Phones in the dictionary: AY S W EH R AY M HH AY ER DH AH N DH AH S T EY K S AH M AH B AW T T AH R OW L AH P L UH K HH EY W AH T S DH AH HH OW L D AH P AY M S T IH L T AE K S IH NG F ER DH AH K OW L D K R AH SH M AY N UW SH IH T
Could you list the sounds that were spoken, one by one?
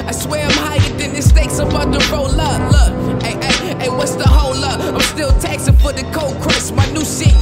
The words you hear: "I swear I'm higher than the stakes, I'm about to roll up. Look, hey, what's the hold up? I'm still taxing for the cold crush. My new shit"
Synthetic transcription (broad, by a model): AY S W EH R AY M HH AY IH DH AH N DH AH S T EY K S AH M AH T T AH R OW L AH L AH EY W AH T S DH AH HH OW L AH AY M S T IH L T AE K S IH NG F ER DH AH K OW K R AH S M AY N UW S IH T